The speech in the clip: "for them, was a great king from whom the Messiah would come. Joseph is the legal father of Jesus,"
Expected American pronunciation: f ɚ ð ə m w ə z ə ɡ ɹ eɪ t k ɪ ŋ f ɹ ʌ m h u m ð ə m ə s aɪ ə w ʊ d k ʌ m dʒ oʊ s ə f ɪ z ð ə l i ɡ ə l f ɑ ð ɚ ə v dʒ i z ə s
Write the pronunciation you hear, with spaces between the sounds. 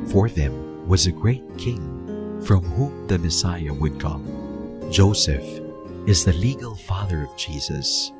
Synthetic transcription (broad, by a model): f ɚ ð ə m w ə z ə ɡ ɹ eɪ t k ɪ ŋ f ɹ ʌ m h u m ð ə m ə s aɪ ə w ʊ d k ʌ m dʒ oʊ s ə f ɪ z ð ə l i ɡ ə l f ɑ ð ɚ ə v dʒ i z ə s